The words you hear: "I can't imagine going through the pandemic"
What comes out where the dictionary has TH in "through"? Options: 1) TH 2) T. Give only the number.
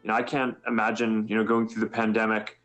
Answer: 1